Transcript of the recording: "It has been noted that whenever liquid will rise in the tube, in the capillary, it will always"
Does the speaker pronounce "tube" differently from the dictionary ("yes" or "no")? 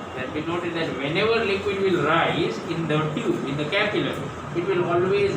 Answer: yes